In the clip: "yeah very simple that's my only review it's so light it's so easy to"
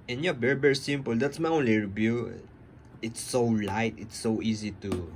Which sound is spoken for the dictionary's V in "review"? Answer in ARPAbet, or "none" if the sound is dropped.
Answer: B